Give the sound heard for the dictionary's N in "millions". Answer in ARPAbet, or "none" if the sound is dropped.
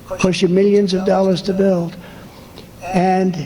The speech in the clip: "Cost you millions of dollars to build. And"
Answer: N